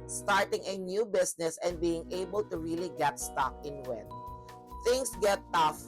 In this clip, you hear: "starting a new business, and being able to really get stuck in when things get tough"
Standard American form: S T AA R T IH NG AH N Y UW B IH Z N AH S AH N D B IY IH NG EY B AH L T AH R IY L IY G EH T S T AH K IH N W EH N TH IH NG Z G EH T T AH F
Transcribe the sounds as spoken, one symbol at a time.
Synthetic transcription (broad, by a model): S T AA R T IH NG AH N Y UW B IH S N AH S AH N D B IY IH NG EY B AH L T AH R IY L IY G EH T S T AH K IH N W EH N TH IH NG S G EH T T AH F